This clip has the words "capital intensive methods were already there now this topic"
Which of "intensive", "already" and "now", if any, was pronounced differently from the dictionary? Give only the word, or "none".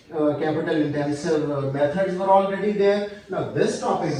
now